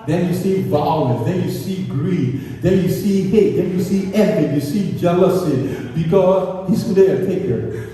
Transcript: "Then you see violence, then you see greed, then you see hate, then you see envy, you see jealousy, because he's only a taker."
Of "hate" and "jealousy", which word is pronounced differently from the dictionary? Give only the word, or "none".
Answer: none